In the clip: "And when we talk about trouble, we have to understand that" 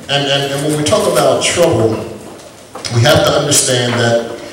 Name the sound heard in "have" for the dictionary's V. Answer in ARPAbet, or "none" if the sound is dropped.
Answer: F